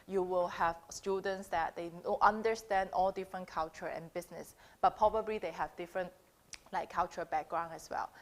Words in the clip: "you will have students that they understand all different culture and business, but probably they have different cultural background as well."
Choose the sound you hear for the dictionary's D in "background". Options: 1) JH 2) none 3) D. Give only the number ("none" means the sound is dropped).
2